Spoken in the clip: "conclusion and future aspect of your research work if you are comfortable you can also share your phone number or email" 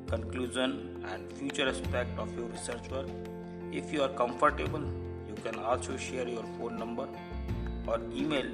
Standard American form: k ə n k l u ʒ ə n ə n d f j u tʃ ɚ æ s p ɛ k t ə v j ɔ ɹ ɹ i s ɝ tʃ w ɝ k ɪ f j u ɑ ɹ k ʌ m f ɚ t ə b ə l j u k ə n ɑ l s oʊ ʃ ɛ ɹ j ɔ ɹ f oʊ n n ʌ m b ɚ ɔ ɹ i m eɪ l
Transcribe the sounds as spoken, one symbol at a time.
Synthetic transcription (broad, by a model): k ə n k l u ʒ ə n ə n d f j u tʃ ɚ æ s p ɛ k t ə f j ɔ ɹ ɹ i s ɝ tʃ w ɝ ɪ f j u ɑ ɹ k ʌ m f ɚ t ə b ə l j u k ə n ɑ l s oʊ ʃ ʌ ɹ j ɔ ɹ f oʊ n n ʌ m b ɚ ɔ ɹ i m eɪ l